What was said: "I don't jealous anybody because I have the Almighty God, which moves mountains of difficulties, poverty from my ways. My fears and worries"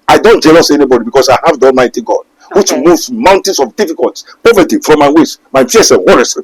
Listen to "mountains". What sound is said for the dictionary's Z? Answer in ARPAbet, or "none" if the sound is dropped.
S